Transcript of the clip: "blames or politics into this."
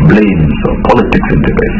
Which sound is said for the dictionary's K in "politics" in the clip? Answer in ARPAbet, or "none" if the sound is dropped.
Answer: K